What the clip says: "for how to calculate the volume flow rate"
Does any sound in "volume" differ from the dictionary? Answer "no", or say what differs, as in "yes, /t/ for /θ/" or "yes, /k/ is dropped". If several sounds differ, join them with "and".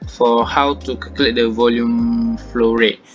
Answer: no